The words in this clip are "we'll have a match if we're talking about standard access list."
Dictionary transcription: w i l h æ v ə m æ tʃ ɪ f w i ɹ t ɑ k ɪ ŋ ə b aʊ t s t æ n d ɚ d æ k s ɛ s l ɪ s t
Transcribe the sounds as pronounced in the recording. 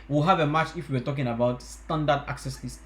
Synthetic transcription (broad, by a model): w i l h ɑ v ə m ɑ tʃ ɪ f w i w t ɑ k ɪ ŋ ə b aʊ t s t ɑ n d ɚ d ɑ k s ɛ s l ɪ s